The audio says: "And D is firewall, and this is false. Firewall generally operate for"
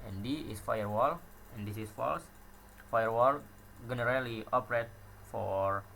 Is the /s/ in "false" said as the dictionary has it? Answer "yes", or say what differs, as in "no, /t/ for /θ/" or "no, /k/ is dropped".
yes